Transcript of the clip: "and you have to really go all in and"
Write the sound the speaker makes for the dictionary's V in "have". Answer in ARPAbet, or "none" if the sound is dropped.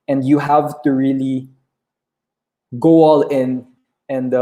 V